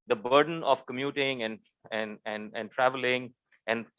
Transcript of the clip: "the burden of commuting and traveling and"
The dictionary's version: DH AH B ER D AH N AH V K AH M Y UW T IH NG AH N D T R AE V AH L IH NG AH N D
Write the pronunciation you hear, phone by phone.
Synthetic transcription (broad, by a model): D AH B ER D AH N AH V K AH M Y UW T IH NG AH N D T R AE V AH L IH NG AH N D